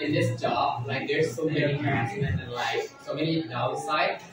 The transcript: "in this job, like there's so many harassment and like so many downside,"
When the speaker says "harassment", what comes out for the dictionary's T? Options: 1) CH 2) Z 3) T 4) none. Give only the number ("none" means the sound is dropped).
4